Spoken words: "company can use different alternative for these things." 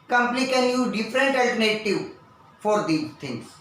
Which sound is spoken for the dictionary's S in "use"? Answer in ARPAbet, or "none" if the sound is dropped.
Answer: none